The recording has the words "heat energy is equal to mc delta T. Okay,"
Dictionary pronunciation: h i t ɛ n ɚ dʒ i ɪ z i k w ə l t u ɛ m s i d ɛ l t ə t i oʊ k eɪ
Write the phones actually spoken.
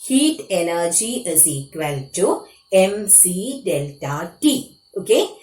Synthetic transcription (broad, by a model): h i t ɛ n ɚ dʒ i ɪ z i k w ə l t u ɛ m s i d ɛ l t ə t i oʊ k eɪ